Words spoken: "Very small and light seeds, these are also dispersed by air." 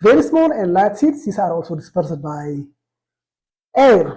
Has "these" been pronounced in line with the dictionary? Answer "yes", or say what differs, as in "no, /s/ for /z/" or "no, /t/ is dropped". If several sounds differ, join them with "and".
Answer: no, /s/ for /z/